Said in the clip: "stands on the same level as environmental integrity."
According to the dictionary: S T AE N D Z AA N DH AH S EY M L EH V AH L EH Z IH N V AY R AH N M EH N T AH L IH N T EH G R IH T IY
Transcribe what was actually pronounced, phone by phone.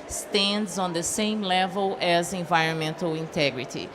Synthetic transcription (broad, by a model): S T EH N D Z AA N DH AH S EY M L EH V AH L EH Z IH N V AY R AH N M EH N T AH L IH N T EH G R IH T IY